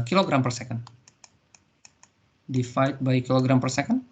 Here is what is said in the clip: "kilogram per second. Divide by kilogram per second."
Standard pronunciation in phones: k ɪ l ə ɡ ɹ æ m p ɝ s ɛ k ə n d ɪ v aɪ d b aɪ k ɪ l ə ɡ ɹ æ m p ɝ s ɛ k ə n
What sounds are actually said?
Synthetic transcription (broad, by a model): k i l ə ɡ ɹ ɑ m p ɝ s ɛ k ə n d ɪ f aɪ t b aɪ k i l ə ɡ ɹ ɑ m p ɝ s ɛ k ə n